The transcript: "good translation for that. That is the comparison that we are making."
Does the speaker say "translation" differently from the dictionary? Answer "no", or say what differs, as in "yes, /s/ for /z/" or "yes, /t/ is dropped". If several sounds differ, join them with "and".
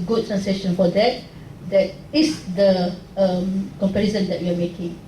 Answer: yes, /l/ is dropped